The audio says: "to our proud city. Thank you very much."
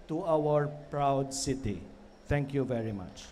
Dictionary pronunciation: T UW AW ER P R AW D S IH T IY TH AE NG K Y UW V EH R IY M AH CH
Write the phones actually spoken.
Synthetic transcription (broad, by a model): T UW AW ER P R AW D S IH T IY T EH NG K Y UW V EH R IY M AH CH